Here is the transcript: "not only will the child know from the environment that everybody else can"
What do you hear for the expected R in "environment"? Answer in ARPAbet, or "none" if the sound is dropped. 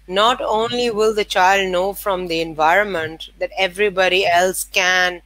R